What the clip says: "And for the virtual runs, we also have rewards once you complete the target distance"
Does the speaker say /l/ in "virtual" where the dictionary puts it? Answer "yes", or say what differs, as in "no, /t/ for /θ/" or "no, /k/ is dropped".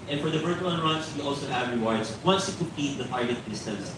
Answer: no, /n/ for /l/